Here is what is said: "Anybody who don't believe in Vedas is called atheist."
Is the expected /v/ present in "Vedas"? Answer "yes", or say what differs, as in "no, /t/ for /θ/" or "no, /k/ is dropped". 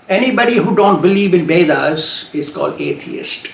no, /b/ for /v/